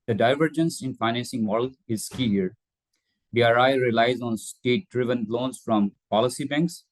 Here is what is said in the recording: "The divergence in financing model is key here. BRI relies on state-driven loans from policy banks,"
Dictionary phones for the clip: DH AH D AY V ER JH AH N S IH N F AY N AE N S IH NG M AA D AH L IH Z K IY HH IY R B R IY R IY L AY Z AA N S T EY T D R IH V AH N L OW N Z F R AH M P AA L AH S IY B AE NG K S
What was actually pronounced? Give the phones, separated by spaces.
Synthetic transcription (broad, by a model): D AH D AY V ER JH AH N S IH N F AY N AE N S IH NG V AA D L IH Z K IY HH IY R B R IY R IY L AY Z AA N S T EY T D R IH V AH N L OW N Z F R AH M P AA L AH S IY B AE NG K S